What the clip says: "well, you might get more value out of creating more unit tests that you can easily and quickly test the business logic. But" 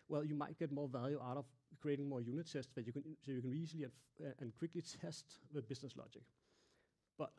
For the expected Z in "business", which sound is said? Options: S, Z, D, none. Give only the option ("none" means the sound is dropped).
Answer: S